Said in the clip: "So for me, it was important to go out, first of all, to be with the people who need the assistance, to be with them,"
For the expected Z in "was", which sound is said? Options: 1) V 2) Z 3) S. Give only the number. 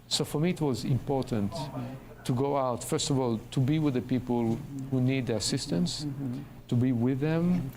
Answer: 2